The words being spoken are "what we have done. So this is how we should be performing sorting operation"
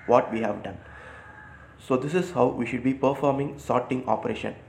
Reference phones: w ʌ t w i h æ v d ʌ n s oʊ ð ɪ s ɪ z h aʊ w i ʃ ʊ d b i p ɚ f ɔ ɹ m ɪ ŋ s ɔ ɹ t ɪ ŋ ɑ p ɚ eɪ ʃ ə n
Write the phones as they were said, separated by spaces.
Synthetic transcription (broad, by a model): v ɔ t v i h æ v d ʌ n s oʊ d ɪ s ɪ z h aʊ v i ʃ ʊ d b i p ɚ f ɔ ɹ m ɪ ŋ s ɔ ɹ t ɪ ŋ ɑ p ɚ eɪ ʃ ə n